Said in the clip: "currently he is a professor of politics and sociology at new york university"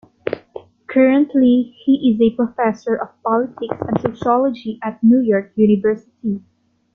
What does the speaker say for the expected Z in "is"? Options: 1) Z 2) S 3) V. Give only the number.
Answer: 1